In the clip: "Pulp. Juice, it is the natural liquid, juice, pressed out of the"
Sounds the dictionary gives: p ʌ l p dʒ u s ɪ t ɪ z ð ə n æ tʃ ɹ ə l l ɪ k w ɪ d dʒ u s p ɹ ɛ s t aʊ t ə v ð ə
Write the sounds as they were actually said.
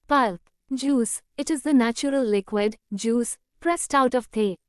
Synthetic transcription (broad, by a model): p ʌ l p dʒ u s ɪ t ɪ z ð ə n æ tʃ ɹ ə l l ɪ k w ɪ d dʒ u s p ɹ ɛ s t aʊ t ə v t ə